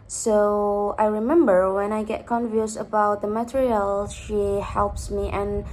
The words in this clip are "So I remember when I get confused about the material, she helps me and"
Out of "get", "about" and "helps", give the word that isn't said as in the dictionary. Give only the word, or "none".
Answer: none